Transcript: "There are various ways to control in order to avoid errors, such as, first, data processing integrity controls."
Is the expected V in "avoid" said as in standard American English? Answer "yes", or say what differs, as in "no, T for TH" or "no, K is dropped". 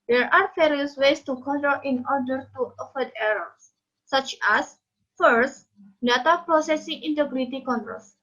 no, F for V